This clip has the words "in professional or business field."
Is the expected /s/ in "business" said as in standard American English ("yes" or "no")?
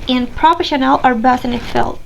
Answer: no